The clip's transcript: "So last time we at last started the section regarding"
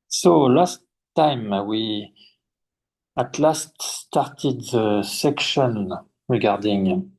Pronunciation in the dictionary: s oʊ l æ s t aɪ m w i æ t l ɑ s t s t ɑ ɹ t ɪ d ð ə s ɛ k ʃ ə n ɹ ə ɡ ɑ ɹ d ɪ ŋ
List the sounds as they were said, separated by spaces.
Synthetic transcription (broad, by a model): s oʊ l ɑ s t aɪ m w i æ t l ɑ s t s t ɑ ɹ t ɪ d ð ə s ɛ k ʃ ə n ɹ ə ɡ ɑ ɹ d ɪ ŋ